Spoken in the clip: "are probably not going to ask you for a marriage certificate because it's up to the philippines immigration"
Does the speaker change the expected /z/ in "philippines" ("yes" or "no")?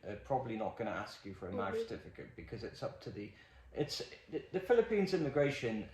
no